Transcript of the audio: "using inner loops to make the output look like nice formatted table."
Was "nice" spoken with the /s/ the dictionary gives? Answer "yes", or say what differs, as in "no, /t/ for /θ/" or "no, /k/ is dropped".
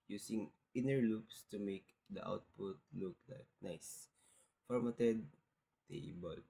yes